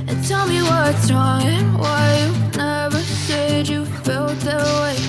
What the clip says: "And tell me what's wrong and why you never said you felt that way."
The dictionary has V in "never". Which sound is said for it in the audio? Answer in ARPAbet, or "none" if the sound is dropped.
V